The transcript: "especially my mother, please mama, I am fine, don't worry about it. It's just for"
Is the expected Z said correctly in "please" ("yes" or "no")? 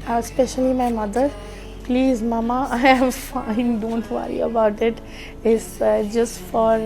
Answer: yes